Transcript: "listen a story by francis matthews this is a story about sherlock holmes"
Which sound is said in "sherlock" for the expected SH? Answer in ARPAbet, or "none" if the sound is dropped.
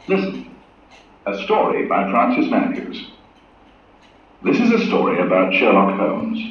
SH